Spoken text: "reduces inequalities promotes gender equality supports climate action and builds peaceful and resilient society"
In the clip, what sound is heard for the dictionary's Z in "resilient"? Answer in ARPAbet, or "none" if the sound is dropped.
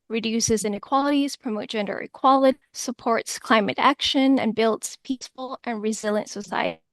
Z